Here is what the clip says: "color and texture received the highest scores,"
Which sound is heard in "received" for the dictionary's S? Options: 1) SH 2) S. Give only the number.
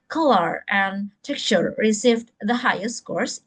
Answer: 2